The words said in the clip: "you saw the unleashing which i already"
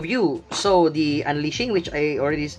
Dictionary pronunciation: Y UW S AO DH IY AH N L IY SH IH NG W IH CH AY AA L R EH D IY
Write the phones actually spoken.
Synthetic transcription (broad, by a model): Y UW S AO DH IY AH N L IY SH IH NG W IH CH AY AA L R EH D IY